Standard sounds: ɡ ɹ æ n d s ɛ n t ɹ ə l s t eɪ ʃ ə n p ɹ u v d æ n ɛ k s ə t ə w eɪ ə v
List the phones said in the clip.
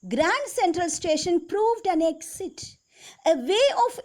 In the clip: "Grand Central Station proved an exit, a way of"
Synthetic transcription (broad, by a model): ɡ ɹ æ n d s ɛ n t ɹ ə l s t eɪ ʃ ə n p ɹ u v d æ n ɛ k s ə t ə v eɪ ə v